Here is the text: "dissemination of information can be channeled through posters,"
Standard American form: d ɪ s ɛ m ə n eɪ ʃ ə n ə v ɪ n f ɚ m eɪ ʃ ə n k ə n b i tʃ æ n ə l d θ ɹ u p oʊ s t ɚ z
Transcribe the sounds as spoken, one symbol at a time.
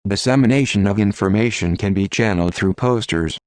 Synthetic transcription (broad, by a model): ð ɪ s ɛ m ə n eɪ ʃ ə n ə v ɪ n f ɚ m eɪ ʃ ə n k ə n b i tʃ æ n l d θ ɹ u p oʊ s t ɚ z